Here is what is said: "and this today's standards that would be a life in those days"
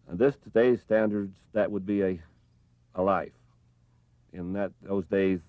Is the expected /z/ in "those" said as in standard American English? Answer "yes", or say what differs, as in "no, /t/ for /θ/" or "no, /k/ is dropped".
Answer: yes